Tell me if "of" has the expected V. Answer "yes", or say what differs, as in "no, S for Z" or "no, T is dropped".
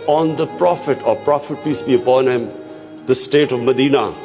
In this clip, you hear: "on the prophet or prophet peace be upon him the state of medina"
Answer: yes